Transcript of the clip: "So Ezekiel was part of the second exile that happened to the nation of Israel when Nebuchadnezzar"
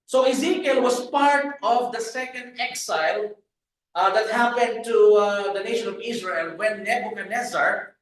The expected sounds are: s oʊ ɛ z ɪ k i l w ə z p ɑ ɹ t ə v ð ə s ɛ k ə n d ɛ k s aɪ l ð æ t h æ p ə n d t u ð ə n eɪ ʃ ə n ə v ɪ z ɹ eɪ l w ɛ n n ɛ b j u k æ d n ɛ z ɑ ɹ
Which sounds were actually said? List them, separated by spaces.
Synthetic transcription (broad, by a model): s oʊ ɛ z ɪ k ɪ l w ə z p ɑ ɹ t ə v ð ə s ɛ k ə n d ɛ k s aɪ l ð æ t h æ p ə n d t u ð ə n eɪ ʃ ə n ə v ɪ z ɹ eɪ l w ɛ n n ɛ b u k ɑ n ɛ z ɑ ɹ